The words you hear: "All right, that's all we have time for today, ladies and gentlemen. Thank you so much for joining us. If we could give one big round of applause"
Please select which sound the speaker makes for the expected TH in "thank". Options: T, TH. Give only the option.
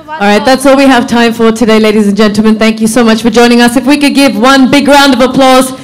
TH